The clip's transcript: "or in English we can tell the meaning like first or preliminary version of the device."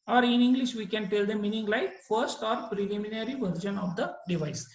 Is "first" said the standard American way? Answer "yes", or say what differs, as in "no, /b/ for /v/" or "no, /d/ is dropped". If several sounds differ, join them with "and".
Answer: yes